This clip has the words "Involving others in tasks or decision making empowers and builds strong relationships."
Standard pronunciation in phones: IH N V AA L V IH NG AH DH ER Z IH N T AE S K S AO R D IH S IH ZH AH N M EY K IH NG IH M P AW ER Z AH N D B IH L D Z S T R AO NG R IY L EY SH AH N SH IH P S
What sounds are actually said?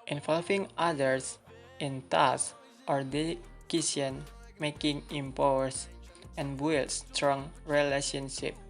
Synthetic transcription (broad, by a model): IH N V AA L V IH NG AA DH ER S IH N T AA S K AO R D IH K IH S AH N M EY K IH NG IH M P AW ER S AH N B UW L S T R AO NG R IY L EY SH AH N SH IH P